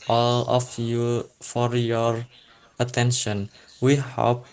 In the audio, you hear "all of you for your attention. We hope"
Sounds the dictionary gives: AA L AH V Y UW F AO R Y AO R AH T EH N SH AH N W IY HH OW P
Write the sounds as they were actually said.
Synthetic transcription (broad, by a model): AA L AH F Y UW F AO R Y AO R AH T EH N SH AH N W IY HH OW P